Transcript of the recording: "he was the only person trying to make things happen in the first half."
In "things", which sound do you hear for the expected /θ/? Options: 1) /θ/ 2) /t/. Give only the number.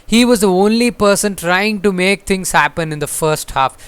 2